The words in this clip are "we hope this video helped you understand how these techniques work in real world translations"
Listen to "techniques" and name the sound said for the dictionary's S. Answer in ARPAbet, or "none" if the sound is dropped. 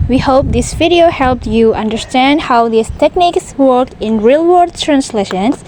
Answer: S